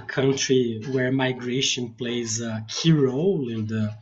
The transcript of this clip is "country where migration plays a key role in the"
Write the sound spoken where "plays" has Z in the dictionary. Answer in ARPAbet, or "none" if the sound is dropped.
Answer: Z